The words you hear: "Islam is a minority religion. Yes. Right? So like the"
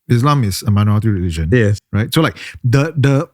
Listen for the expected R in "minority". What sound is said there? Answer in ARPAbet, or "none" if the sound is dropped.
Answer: none